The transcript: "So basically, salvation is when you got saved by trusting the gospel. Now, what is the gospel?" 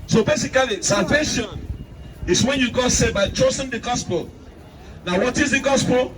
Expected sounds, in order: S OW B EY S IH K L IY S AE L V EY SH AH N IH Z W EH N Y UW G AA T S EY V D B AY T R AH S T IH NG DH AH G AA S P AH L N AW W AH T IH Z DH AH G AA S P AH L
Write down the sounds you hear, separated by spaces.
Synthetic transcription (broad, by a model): S OW B EY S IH K L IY S AE L V EY SH AH N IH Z W EH N Y UW G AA S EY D B AY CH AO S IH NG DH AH G AA S P AH L N AW W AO T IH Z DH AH G AA S P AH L